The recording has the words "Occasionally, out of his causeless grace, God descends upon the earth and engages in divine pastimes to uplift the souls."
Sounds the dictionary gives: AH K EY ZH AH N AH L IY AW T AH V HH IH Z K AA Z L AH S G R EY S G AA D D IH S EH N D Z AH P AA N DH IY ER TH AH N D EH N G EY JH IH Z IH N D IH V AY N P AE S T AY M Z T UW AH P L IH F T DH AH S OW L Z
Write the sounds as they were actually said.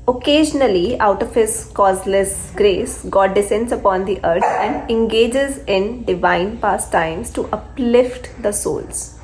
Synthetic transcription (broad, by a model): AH K EY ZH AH N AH L IY AW T AH V HH IH Z K AA Z L AH S G R EY S G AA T D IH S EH N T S AH P AA N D IY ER S AH N D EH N G EY JH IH Z IH N D IH V AY N P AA S T AY M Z T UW AH P L IH F T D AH S OW L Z